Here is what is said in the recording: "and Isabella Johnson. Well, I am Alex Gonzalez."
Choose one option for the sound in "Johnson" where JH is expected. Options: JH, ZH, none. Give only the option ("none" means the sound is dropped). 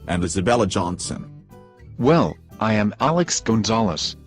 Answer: JH